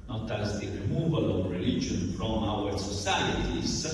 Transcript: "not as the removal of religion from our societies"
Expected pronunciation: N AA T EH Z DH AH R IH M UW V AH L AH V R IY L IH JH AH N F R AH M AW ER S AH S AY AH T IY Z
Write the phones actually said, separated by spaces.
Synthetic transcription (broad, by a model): N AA T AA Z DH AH R IH M UW V AH L AH V R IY L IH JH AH N F R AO M AW ER S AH S AY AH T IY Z